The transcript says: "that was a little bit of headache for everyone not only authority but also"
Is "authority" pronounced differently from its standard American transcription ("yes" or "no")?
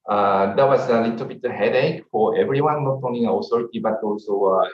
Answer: yes